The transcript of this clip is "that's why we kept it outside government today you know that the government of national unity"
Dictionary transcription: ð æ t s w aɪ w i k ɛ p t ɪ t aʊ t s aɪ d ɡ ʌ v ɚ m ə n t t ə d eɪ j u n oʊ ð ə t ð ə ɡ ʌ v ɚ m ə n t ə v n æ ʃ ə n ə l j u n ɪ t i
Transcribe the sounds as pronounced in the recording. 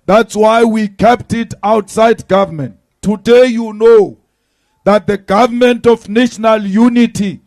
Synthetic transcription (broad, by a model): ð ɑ t s w aɪ w i k ɛ p t ɪ t aʊ t s aɪ d ɡ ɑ v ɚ m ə n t t ə d eɪ j u n oʊ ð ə t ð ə ɡ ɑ v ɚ m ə n t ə f n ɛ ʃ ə n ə l j u n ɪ t i